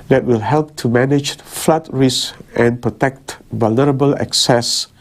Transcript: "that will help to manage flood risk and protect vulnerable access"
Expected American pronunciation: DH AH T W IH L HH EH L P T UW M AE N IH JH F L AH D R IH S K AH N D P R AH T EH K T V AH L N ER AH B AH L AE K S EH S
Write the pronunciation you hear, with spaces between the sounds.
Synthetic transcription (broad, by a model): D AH T W IH L HH EH L P T UW M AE N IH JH F L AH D R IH S AH N P R AH T EH K T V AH L N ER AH B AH L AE K S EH S